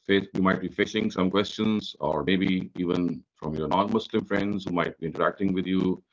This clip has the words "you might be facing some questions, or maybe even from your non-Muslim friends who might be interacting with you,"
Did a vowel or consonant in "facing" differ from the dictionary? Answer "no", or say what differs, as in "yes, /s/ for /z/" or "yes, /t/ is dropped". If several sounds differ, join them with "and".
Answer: yes, /ʃ/ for /s/